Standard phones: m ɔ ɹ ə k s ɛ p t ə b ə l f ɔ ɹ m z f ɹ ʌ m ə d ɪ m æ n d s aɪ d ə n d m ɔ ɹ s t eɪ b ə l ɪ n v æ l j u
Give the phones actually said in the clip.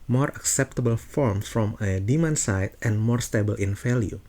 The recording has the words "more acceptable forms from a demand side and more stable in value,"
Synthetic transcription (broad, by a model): m ɔ ɹ ə k s ɛ p t ə b ə l f ɔ ɹ m f ɹ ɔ m ə d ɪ m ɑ n s aɪ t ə n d m ɔ ɹ s t eɪ b ə l ɪ n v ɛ l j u